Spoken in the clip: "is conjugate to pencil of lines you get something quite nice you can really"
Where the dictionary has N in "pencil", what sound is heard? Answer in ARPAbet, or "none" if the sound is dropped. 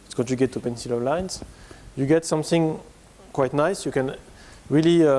N